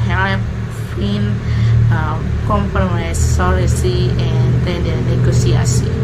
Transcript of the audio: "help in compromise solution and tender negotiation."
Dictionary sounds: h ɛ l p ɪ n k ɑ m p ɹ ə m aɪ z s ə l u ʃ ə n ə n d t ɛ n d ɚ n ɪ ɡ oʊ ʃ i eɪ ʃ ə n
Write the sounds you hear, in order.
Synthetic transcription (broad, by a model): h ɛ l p ɪ n k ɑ m p ɹ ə m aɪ s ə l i s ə ə n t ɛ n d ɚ n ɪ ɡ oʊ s i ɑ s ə